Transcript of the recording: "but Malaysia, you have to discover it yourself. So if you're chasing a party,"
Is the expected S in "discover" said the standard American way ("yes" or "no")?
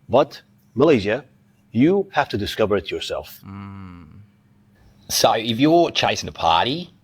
yes